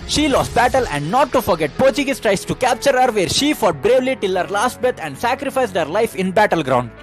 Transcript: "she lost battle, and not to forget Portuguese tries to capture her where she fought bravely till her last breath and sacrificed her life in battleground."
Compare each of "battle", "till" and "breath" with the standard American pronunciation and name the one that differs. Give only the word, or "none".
breath